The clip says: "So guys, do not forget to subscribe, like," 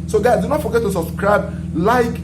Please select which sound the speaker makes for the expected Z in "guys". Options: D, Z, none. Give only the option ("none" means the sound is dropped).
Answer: none